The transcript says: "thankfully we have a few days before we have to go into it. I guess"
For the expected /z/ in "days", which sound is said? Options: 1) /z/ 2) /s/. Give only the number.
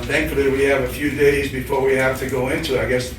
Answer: 1